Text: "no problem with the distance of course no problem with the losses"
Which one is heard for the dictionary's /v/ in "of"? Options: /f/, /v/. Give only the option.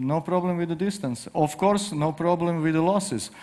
/f/